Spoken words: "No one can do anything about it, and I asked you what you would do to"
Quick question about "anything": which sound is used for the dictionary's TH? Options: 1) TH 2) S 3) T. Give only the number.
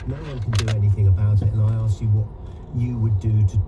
1